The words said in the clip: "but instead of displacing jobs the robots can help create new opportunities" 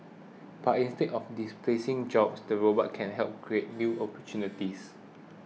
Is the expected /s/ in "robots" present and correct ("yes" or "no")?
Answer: no